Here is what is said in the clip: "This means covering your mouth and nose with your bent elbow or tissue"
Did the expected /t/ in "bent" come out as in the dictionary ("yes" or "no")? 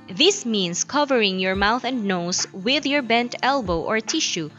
yes